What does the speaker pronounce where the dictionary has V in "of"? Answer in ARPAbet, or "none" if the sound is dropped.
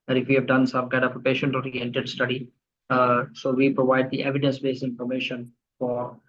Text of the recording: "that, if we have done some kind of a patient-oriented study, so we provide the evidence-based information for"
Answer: P